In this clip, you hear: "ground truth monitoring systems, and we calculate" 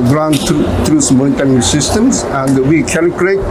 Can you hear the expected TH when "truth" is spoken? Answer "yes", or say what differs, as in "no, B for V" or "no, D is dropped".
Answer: no, S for TH